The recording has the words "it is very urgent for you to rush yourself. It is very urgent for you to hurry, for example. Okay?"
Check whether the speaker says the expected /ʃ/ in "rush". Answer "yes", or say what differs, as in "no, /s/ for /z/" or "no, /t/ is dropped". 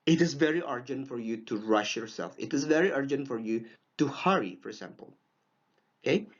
yes